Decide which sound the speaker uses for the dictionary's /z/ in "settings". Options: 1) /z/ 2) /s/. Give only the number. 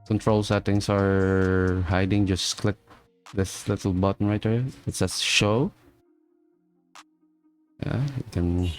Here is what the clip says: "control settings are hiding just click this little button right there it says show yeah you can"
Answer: 2